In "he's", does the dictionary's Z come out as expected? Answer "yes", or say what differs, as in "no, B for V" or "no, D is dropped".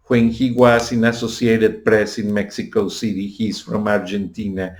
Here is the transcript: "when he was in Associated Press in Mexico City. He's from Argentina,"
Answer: no, S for Z